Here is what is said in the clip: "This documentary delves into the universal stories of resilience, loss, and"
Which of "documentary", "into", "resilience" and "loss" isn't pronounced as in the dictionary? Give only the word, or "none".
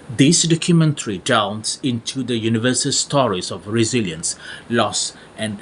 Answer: none